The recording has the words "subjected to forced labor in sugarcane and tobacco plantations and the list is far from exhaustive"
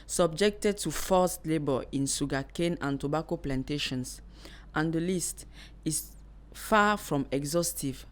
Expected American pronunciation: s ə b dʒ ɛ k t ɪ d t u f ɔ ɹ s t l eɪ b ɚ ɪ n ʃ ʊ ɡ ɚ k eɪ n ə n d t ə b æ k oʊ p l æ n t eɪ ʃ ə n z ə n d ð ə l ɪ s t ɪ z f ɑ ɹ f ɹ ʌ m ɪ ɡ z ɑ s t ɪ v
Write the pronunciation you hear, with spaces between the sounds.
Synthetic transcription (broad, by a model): s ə b dʒ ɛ k t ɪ d t u f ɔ s t l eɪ b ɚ ɪ n s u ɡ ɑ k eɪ n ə n t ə b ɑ k oʊ p l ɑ n t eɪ ʃ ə n s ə n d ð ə l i s t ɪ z f ɑ f ɹ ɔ m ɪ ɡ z ɑ s t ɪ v